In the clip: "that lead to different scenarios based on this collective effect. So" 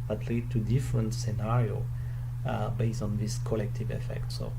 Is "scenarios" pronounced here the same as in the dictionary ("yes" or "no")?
no